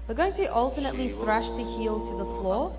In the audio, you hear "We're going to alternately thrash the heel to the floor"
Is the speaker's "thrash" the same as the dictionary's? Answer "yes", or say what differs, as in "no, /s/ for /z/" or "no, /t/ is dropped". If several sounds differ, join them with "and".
yes